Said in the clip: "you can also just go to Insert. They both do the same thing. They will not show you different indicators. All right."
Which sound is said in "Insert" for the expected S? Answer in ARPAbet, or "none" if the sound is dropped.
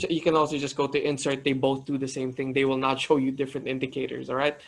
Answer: S